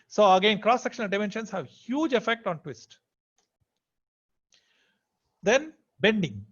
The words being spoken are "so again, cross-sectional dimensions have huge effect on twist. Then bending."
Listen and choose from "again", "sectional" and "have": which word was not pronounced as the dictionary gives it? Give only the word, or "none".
none